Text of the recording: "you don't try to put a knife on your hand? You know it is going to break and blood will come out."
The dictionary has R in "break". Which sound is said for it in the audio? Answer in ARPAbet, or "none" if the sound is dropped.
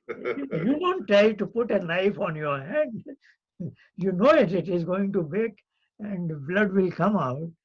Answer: none